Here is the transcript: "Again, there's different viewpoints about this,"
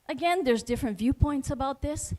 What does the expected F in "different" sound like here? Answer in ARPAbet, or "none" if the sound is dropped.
F